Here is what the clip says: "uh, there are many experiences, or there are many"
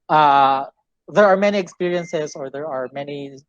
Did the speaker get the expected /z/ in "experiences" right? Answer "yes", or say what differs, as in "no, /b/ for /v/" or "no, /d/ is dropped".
yes